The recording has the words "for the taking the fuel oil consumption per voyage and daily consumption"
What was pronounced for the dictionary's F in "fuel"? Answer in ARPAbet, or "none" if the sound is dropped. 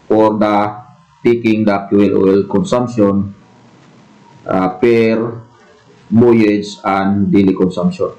P